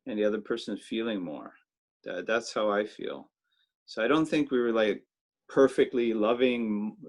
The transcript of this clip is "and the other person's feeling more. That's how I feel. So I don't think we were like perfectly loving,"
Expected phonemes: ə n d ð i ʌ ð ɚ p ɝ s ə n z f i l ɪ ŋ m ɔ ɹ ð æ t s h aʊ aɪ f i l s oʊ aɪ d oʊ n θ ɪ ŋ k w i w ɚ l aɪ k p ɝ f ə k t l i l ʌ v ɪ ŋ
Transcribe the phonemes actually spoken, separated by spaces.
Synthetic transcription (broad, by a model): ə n ð i ʌ ð ɚ p ɝ s ə n z f i l ɪ ŋ m ɔ ɹ ð æ t s h aʊ aɪ f i l s oʊ aɪ d oʊ n θ ɪ ŋ k w i w ɚ l aɪ k p ɝ f ə k t l i l ʌ v ɪ ŋ